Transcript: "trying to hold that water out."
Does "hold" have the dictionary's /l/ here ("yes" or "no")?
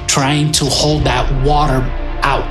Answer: yes